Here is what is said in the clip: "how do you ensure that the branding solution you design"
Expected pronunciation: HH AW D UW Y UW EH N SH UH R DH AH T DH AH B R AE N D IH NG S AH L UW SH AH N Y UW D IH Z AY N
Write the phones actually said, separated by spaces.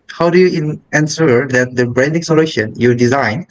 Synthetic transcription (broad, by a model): HH AW D UW Y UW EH N S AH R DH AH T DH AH B R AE N D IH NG S AH L UW SH AH N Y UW D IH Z AY N